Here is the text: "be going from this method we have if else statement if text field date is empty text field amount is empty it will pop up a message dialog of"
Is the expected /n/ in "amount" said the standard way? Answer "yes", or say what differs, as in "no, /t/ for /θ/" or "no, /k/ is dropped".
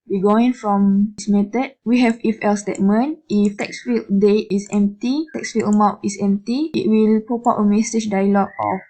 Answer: no, /n/ is dropped